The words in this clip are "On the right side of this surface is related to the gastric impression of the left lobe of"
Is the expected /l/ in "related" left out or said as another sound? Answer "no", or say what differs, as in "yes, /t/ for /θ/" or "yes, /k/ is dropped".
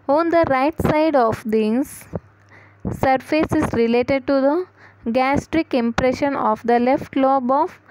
no